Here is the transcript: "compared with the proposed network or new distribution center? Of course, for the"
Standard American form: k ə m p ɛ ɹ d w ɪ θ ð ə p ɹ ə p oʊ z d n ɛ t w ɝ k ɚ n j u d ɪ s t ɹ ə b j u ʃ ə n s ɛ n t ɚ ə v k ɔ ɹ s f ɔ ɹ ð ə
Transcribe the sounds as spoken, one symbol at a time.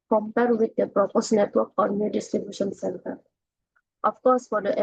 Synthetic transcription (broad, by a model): k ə m p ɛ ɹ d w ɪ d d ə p ɹ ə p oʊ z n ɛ t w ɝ k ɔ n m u d ɪ s t ɹ ə b j u ʃ ə n s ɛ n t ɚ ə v k ɔ ɹ s f ɔ ɹ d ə